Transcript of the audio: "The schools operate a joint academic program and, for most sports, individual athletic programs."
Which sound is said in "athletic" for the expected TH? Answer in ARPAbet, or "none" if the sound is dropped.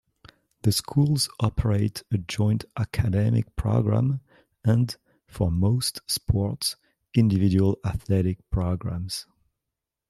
TH